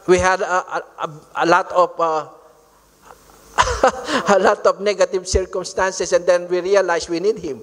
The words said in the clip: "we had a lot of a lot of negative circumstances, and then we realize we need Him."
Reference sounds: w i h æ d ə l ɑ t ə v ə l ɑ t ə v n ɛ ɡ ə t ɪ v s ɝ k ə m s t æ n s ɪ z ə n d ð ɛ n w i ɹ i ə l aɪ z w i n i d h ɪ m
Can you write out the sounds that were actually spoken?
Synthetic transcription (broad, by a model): w i h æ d ə l ɑ t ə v ə l ɑ t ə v n ɛ ɡ ə t ɪ v s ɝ k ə m s t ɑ n s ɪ s ə n d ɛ n w i ɹ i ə l aɪ s w i n i d h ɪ m